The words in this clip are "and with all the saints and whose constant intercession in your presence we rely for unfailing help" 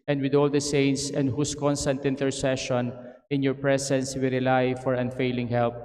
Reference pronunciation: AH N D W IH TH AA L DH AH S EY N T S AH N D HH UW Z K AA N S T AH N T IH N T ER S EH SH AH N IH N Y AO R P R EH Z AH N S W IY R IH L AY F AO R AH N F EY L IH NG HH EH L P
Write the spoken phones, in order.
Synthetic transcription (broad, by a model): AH N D W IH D AA L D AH S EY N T S AH N D HH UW S K AA N S T AH N T IH N T ER S EH SH AH N IH N Y AO R P R EH S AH N S W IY R IH L AY F AO R AH N F EY L IH NG HH EH L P